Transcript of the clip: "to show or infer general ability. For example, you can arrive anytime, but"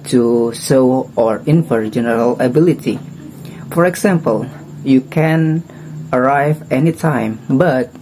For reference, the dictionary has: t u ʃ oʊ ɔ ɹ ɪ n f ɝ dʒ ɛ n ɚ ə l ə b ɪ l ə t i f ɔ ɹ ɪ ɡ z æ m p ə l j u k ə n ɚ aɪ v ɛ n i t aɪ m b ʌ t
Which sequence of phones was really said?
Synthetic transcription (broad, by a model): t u s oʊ ɔ ɹ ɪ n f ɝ dʒ ɛ n ɚ ə l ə b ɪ l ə t i f ɔ ɹ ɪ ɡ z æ m p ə l j u k ə n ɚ aɪ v ɛ n i t aɪ m b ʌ t